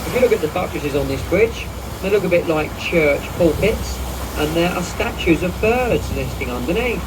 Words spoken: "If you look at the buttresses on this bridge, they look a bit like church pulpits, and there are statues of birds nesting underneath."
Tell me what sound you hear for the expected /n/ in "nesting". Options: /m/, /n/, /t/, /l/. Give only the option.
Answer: /l/